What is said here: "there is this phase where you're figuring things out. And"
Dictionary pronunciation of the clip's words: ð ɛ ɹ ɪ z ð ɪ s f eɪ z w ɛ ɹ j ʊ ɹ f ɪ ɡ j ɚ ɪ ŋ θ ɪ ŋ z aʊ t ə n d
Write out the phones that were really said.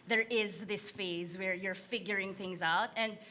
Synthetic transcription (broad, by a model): ð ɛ ɹ ɪ z ð ɪ s f eɪ z w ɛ ɹ j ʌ ɹ f ɪ ɡ j ɚ ɪ ŋ θ ɪ ŋ z aʊ t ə n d